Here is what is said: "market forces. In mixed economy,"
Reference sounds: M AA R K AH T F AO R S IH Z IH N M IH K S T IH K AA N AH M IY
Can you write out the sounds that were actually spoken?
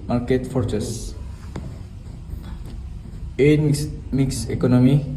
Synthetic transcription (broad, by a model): M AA R K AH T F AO R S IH S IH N M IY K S IH K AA N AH M IY